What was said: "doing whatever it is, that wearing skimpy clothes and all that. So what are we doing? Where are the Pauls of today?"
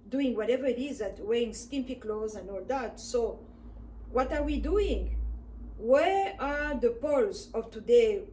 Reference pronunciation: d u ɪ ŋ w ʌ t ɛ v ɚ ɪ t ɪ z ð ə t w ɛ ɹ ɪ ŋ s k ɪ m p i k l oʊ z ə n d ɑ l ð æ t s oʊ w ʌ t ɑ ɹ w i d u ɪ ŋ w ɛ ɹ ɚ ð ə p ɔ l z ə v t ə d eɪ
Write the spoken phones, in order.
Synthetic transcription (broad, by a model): d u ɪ ŋ w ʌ t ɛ v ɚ ɪ t ɪ z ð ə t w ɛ ɪ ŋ s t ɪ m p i k l oʊ z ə n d ɑ l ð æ t s oʊ w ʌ t ɑ ɹ w i d u ɪ ŋ w ɛ ɹ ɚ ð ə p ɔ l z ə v t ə d eɪ